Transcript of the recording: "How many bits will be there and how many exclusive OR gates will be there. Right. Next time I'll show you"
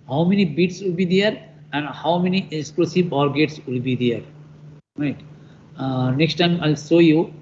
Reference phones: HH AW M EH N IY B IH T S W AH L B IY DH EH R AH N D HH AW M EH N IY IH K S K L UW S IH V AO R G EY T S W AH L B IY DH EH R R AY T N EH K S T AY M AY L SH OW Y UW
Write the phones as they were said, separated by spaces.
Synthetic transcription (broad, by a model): HH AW M EH N IY B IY T S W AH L B IY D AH R AH N D HH AW M EH N IY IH K S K L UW S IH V AO R G EY T S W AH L B IY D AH R R AY T N EH K S T AY M AY L S OW Y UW